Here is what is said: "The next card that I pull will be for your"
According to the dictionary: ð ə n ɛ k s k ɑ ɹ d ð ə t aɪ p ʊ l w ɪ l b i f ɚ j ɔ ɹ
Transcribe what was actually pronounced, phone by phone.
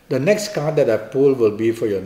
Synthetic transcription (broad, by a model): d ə n ɛ k s k ɑ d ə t aɪ p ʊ l w ɪ l b i f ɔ j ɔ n